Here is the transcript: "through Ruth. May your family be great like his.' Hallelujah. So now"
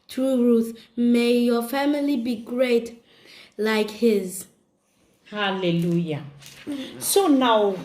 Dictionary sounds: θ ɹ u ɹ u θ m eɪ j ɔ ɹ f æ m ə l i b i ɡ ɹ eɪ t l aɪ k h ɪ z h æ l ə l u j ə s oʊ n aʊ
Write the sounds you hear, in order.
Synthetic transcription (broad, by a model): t ɹ u ɹ u θ m eɪ j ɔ f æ m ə l i b i ɡ ɹ eɪ t l aɪ k h ɪ z h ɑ l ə l u j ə s oʊ n aʊ